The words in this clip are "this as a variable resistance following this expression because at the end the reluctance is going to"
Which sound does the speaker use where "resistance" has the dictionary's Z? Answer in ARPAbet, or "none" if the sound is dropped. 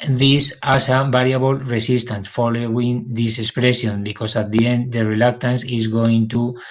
S